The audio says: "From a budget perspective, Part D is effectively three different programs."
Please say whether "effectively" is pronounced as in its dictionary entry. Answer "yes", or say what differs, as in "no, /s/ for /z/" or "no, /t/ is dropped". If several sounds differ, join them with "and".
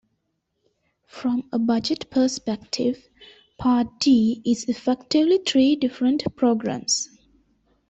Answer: yes